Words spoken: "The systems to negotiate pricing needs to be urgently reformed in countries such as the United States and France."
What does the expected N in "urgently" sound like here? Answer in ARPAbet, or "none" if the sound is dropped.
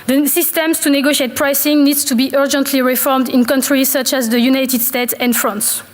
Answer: N